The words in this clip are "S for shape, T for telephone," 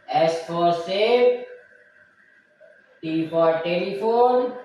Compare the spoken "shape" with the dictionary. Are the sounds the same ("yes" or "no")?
no